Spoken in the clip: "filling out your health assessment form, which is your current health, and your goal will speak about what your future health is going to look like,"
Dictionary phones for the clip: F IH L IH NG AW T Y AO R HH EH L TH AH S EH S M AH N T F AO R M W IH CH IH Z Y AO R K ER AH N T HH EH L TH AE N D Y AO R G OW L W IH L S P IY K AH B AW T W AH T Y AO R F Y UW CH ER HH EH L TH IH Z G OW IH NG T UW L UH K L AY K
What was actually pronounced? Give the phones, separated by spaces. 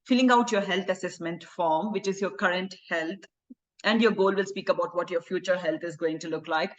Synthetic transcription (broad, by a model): F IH L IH NG AW T Y AO R HH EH L T AH S EH S M AH N T F AO R M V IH CH IH Z Y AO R K ER AH N T HH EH L T AE N D Y AO R G OW L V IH L S P IY K AH B AW T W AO T Y AO R F Y UW CH ER HH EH L T IH Z G OW IH NG T UW L UH K L AY K